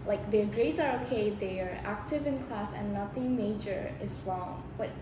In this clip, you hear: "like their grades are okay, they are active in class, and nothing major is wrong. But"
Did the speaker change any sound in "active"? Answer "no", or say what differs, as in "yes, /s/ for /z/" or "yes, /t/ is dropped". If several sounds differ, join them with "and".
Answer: no